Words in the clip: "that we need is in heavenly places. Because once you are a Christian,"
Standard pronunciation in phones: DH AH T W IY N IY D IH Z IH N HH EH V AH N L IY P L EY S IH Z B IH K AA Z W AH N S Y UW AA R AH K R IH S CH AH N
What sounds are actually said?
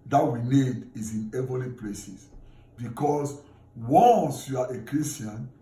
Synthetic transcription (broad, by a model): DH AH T W IY N IY D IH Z IH N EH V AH L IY P L EY S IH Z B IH K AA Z W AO N S Y UW AA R AH K R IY S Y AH N